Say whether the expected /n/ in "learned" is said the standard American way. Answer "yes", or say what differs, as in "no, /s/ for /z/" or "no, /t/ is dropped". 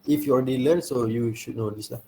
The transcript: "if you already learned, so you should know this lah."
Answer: no, /l/ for /n/